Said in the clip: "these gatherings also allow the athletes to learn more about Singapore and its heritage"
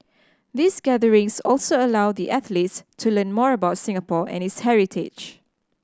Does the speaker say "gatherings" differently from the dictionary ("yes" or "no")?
yes